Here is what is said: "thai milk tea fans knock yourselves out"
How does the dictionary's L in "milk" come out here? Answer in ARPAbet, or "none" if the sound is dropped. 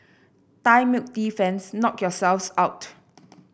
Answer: none